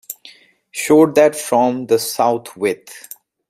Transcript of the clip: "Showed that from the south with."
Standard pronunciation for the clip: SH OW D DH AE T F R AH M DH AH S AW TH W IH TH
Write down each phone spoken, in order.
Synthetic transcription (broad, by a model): SH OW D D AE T F R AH M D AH S AW T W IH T